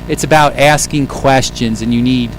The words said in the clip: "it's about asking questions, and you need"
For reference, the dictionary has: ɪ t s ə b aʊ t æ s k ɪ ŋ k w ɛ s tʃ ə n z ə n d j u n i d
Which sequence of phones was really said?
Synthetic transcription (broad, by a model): ɪ t s ə b aʊ t æ s k ɪ ŋ k w ɛ s tʃ ə n z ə n j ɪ n i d